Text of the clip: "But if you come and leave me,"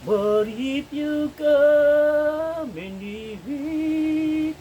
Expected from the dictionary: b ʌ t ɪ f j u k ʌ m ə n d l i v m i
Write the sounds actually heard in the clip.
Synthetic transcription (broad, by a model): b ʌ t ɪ p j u k ʌ m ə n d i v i